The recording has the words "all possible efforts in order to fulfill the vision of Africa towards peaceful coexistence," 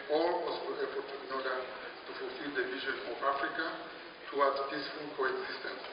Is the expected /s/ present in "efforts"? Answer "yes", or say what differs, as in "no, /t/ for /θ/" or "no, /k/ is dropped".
no, /s/ is dropped